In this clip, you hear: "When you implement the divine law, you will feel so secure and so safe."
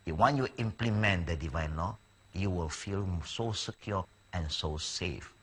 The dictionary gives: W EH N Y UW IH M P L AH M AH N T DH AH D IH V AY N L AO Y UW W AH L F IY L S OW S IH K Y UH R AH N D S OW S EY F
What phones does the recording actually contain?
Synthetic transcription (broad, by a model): W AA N Y UW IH M P L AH M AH N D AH D IH V AY N L AO Y UW W AH L F IY L S OW S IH K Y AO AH N S OW S EY F